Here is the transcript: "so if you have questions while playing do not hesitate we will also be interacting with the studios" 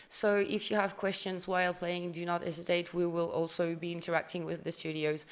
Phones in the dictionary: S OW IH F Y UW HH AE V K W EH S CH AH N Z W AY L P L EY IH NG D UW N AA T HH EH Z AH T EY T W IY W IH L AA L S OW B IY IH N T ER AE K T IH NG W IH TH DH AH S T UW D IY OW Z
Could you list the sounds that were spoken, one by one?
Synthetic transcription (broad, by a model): S OW IH F Y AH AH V K W EH S CH AH N Z W AY L P L EY IH NG D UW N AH T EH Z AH T EY T W IY W IH L AA L S OW B IY IH N T ER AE K T IH NG W IH DH AH S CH UW D IY OW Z